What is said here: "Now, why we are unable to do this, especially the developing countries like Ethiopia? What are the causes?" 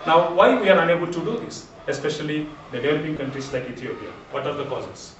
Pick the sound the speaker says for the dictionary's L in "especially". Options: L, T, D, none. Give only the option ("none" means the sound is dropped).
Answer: none